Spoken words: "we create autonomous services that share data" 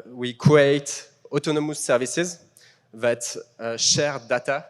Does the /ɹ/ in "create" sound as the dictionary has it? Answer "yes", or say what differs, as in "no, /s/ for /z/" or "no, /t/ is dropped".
no, /ɹ/ is dropped